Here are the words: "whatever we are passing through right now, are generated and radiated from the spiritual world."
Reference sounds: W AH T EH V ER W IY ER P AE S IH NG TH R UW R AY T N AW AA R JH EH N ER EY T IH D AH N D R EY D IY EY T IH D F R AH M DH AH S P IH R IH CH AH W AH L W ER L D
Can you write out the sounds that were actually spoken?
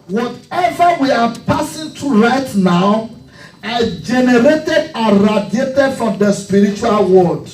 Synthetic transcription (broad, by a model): W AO T EH V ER W IY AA P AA S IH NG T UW R AY T N AW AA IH JH EH N ER EY T IH D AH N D R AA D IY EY T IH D F R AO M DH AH S P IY R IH CH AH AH L W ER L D